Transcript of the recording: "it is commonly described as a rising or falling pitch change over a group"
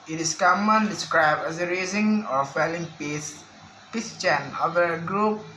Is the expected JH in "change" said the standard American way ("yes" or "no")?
no